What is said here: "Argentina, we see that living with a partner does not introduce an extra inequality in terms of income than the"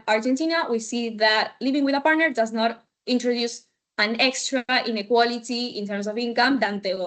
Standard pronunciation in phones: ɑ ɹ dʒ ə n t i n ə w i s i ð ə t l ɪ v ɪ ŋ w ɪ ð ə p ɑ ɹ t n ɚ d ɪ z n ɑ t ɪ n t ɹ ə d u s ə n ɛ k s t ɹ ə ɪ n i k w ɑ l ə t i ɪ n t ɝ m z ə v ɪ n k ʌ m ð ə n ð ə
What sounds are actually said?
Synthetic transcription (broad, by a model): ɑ ɹ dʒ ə n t i n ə w i s i ð ə t l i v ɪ ŋ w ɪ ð ə p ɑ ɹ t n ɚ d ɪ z n ɑ t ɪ n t ɹ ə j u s ə n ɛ k s t ɹ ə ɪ n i k w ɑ l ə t i ɪ n t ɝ m s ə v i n k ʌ m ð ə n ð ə